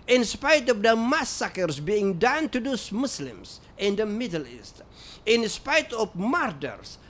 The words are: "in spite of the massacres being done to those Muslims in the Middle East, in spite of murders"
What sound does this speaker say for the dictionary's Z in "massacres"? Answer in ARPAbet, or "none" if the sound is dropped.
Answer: S